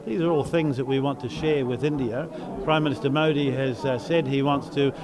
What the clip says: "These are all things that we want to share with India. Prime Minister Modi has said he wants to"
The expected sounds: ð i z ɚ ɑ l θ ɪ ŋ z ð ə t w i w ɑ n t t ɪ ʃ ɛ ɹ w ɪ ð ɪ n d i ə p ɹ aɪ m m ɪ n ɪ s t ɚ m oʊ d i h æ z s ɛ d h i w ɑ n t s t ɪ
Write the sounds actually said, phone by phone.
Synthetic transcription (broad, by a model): ð i z ɚ ɑ l θ ɪ ŋ z ð ə t w i w ɑ n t t ɪ ʃ ɛ ɹ w ɪ ð ɪ n d i ə p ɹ aɪ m m ɪ n ɪ s t ɚ m oʊ d i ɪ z s ɛ d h i w ɑ n t s t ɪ